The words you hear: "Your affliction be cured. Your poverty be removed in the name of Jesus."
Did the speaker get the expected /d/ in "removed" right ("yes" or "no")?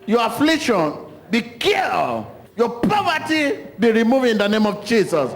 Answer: no